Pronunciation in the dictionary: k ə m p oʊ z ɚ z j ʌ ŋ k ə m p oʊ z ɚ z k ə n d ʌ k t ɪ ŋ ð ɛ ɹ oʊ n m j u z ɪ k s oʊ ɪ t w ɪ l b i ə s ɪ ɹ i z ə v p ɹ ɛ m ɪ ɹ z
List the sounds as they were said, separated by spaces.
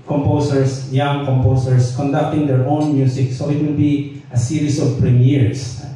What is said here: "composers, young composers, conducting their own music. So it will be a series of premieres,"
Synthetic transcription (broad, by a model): k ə m p oʊ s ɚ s j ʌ ŋ k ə m p oʊ s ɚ s k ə n d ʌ k t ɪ ŋ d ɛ ɹ oʊ n m j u s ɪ k s oʊ ɪ t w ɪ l b i ə s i ɹ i s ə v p ɹ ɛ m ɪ ɹ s